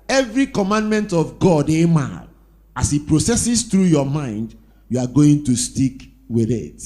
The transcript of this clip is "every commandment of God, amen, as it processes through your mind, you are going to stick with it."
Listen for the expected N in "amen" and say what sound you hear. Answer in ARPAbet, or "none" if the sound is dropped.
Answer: none